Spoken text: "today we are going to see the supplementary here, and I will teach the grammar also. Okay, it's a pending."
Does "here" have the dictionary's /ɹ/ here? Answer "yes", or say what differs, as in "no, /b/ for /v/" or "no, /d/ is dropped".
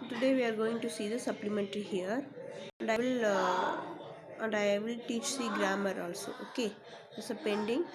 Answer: no, /l/ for /ɹ/